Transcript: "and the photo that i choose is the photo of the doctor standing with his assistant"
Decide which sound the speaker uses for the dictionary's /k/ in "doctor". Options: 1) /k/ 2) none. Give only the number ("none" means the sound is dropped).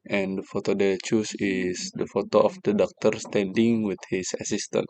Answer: 1